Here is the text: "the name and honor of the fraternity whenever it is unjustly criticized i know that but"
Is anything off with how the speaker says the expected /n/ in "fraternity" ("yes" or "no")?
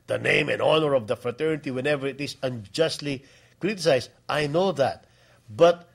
no